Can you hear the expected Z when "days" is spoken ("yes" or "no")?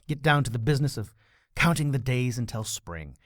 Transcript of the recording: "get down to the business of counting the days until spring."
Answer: yes